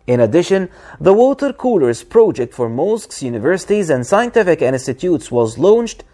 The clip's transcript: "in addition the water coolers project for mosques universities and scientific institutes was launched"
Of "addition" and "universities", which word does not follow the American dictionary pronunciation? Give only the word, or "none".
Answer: none